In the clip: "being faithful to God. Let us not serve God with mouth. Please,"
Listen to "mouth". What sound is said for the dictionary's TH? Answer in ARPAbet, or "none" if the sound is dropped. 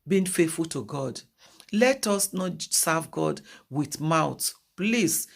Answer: T